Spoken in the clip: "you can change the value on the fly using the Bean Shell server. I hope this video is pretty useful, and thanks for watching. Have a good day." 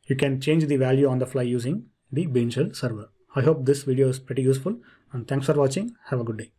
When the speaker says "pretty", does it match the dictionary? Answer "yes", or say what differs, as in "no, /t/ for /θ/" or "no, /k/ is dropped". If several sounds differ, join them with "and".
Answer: yes